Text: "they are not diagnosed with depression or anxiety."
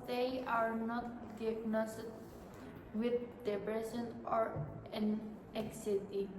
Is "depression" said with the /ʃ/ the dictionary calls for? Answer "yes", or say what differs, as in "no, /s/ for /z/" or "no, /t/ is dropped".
no, /s/ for /ʃ/